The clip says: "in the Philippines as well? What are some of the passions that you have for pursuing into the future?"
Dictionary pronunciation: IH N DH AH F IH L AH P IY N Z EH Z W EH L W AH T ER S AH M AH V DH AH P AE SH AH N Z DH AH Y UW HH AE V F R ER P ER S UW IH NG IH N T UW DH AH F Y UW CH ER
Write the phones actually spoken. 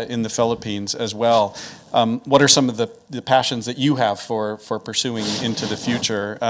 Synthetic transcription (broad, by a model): IH N DH AH F IH L AH P IY N Z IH Z W EH L W AH T ER S AH M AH V DH AH P AE SH AH N Z DH AH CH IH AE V F R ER P ER S UW IH NG IH N T UW DH AH F Y UW CH ER